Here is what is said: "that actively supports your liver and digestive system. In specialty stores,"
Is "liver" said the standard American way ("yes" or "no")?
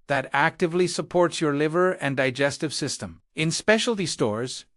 yes